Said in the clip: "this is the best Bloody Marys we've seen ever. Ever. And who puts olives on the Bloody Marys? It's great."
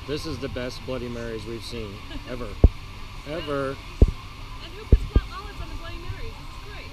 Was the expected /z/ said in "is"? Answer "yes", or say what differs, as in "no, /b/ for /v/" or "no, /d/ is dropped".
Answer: yes